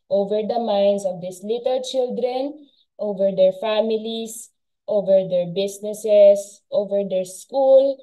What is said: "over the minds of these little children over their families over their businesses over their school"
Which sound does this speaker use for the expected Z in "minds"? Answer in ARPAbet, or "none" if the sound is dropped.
S